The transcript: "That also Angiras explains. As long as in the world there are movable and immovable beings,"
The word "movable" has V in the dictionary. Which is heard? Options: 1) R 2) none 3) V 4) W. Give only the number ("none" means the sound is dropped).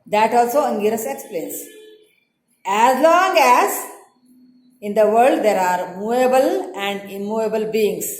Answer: 2